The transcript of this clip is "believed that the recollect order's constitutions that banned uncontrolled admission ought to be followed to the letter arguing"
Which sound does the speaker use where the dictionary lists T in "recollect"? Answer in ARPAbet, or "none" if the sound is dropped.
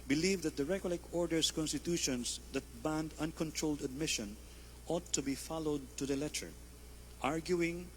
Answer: none